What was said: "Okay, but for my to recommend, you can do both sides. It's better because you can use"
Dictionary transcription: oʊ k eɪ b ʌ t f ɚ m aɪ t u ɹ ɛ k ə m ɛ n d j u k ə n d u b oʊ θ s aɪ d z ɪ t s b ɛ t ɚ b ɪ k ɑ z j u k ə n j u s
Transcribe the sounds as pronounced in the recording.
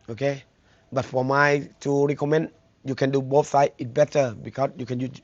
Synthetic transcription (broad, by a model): oʊ k eɪ b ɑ t f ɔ m aɪ t u ɹ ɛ k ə m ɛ n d j u k ə n d u b oʊ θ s aɪ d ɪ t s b ɛ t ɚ b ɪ k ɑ s j u k ə n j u